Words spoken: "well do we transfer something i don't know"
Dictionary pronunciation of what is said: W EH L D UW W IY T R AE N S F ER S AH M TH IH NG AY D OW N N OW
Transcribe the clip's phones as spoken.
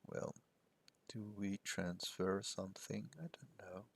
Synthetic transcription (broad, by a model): W EH L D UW W IY T R AE N S F ER S AH M TH IH NG AY D OW N N OW